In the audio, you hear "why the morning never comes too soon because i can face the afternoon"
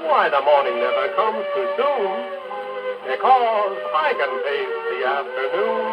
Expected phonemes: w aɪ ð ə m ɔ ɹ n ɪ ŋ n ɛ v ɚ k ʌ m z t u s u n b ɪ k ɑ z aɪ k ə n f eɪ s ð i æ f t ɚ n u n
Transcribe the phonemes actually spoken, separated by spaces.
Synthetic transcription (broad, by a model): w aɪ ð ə m ɔ ɹ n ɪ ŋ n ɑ ɪ k ʌ m z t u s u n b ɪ k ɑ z aɪ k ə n p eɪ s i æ f t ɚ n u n